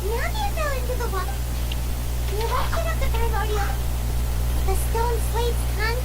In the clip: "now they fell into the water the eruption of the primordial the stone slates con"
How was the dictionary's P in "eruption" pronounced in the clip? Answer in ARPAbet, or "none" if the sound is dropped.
none